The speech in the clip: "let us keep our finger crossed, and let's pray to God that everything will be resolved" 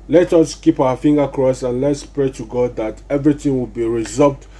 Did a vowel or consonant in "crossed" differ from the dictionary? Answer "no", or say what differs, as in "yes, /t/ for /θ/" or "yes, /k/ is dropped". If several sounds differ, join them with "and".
yes, /t/ is dropped